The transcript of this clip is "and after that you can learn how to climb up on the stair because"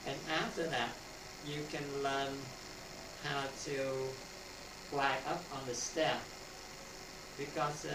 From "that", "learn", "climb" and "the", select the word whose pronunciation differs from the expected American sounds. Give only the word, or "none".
climb